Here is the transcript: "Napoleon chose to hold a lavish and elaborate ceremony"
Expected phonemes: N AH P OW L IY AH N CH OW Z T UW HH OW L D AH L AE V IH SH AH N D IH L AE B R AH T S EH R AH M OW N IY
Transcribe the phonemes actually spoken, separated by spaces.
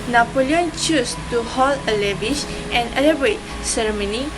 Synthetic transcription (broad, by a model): N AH P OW L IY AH N CH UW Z T UW HH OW L AH L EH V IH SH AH N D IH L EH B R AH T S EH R M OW N IY